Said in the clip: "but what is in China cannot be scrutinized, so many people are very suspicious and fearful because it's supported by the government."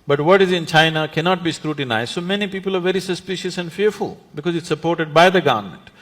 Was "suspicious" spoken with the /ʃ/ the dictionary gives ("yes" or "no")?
yes